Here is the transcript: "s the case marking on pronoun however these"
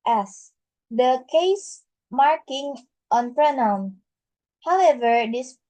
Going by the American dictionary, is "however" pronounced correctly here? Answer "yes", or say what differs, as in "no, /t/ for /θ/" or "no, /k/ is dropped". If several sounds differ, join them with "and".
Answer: yes